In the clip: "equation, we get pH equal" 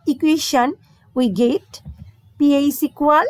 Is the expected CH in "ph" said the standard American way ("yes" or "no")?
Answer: no